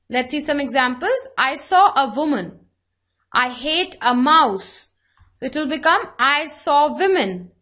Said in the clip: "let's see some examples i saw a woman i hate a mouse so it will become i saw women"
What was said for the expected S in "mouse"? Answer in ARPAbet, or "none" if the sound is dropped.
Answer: S